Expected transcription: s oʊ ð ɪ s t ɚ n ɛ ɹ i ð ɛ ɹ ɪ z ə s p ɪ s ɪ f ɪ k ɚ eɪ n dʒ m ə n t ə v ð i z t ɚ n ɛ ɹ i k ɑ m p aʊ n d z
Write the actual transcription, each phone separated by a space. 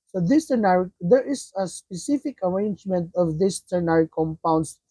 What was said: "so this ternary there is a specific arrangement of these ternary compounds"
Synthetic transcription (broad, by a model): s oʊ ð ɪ s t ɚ n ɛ ɹ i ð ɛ ɹ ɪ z ə s p ɪ s ɪ f ɪ k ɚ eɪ n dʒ m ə n t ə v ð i s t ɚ n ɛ ɹ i k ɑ m p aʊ n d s